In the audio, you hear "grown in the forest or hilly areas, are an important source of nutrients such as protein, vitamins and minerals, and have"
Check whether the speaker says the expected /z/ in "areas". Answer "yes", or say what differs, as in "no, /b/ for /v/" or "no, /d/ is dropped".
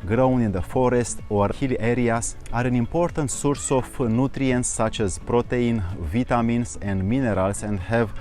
no, /s/ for /z/